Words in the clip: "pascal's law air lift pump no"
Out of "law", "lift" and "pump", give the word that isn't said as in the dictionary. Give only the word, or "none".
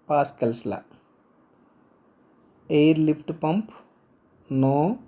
lift